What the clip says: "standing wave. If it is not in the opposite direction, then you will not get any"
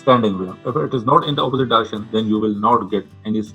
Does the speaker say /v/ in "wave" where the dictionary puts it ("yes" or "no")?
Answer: no